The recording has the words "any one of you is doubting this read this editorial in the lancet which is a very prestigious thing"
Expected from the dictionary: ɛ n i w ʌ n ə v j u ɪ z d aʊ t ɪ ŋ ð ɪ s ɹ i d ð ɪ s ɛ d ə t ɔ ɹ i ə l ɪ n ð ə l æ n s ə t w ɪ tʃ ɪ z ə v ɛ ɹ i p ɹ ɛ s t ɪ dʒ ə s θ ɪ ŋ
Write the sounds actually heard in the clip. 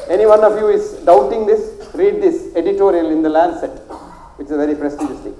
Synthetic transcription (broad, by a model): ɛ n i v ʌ n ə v j u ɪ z d aʊ t ɪ ŋ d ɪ s ɹ i d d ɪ s ɛ d ə t ɔ ɹ i ə l ɪ n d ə l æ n s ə t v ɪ tʃ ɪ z v ɛ ɹ i p ɹ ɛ s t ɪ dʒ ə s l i